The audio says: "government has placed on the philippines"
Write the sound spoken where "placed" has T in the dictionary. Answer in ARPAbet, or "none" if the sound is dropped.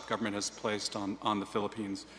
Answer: T